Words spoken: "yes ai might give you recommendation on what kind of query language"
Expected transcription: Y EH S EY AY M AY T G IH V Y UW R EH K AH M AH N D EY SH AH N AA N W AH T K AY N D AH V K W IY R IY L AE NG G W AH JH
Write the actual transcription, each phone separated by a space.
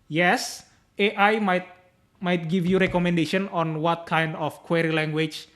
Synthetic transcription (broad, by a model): Y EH S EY AY M AY T G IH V Y UW R EH K AH M AH N D EY SH AH N AA N W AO T K AY N D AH F K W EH R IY L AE NG G W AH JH